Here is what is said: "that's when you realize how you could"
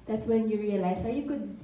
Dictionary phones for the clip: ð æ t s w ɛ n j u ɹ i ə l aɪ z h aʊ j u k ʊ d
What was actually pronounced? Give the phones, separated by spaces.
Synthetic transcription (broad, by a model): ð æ t s w ɛ n j u ɹ i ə l aɪ s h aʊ j u k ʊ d